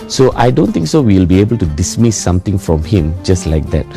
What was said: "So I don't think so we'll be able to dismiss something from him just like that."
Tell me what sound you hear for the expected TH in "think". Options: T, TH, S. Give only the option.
T